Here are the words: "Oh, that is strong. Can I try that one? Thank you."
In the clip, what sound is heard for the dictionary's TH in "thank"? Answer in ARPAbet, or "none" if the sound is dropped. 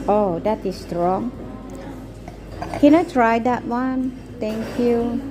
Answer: T